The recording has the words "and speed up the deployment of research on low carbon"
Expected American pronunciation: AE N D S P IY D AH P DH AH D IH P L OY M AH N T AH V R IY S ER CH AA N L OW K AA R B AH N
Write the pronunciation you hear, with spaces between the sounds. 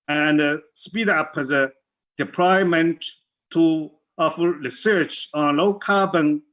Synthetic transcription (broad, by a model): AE N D S P IY D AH P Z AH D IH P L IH M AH N T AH F R IY S ER CH AA N L OW K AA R B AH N